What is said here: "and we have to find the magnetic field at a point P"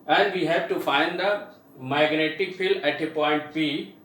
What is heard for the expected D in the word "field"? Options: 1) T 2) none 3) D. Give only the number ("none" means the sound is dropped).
2